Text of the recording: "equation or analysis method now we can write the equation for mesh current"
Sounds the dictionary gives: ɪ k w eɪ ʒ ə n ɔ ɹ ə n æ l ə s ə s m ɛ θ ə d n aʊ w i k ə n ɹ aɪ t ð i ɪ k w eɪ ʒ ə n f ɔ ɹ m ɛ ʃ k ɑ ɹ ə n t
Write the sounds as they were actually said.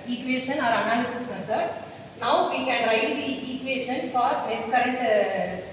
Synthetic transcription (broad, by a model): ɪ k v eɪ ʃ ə n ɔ ɹ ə n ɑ l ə s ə s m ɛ s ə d n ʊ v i k ə n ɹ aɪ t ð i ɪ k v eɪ ʃ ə n f ɔ ɹ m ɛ s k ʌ ɹ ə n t